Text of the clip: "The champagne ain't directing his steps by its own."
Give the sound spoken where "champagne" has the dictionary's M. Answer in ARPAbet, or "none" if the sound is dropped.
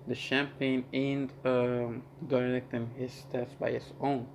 M